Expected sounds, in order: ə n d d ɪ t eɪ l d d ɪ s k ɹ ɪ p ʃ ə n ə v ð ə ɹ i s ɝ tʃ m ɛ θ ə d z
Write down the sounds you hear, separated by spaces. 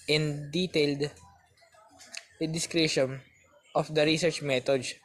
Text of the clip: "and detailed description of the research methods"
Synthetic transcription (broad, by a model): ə n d d ɪ t eɪ l d d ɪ s k ɹ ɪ ʃ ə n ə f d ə ɹ i s ɝ tʃ m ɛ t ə d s